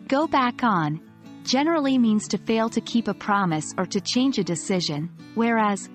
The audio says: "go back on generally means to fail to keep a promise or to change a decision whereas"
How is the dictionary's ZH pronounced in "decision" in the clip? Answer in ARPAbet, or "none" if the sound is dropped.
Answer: ZH